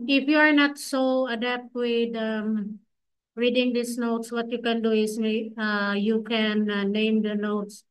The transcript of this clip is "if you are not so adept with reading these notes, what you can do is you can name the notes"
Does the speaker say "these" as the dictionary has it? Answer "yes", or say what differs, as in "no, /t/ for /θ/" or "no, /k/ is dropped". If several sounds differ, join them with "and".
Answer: no, /s/ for /z/